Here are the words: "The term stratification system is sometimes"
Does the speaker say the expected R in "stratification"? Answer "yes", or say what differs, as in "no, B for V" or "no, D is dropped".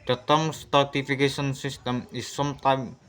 no, R is dropped